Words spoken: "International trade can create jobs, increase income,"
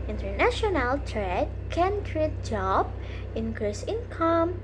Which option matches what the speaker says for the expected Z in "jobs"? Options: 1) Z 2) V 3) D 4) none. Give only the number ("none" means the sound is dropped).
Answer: 4